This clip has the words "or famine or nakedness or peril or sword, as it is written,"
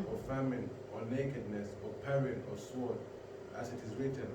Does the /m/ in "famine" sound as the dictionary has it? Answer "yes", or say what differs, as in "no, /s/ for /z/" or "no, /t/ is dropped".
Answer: yes